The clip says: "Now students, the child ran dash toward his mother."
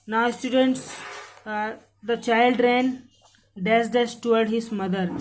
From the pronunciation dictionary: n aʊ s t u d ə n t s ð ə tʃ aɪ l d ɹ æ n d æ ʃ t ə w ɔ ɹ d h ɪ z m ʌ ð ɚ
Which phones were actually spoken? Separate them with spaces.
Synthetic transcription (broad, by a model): n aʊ s t u d ə n t s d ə tʃ aɪ l d ɹ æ n d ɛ s t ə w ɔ ɹ d h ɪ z m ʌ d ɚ